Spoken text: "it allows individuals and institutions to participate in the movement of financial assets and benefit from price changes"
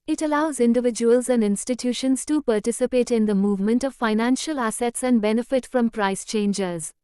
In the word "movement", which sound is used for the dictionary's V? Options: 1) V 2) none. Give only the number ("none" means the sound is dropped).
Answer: 1